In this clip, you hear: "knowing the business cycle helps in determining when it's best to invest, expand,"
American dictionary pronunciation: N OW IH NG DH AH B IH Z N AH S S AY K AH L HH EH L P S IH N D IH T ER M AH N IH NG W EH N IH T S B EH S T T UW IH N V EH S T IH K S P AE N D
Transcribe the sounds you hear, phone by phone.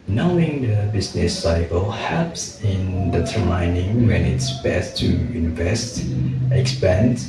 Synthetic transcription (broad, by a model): N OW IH NG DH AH B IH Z N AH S S AY K AH L HH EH P S IH N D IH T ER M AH N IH NG W EH N IH T S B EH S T T UW IH N V EH S T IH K S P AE N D